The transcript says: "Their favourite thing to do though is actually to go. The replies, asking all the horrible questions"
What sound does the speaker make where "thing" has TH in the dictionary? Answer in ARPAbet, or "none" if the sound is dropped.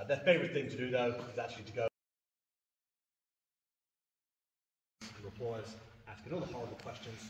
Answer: TH